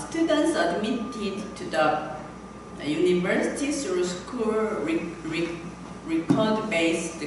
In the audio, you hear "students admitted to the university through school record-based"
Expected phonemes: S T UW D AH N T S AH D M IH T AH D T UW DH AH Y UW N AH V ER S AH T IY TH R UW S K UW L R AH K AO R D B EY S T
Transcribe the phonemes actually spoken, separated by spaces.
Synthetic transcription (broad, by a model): S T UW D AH N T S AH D M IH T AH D T UW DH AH Y UW N AH V ER S AH T IY S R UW S K UW L R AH K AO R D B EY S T